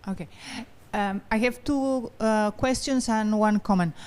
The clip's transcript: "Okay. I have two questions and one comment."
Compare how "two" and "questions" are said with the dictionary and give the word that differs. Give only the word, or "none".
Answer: questions